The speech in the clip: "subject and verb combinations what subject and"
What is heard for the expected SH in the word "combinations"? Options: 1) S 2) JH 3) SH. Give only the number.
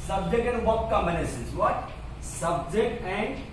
1